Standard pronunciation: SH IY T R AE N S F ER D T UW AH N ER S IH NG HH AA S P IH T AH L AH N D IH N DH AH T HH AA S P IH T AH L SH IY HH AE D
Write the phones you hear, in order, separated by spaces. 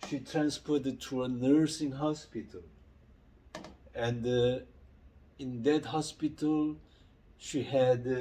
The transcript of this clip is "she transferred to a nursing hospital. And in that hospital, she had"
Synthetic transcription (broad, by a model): SH IY T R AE N S P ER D T UW AH N ER S IH NG HH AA S P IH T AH L AH N D IH N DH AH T HH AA S P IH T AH L SH IY HH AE D